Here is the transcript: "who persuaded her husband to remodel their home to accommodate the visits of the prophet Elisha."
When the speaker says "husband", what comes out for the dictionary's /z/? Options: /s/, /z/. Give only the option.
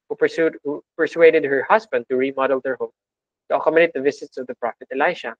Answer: /s/